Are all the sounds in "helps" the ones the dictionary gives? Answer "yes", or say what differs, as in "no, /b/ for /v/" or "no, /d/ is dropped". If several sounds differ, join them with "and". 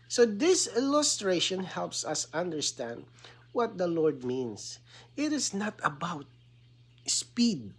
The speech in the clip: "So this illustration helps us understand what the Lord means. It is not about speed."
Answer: yes